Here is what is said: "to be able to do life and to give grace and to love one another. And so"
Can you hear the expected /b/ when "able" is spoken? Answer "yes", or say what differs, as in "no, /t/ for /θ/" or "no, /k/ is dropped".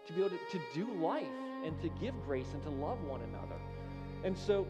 no, /b/ is dropped